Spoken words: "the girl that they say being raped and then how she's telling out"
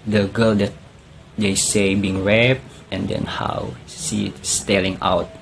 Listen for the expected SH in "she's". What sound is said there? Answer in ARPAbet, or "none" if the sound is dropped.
S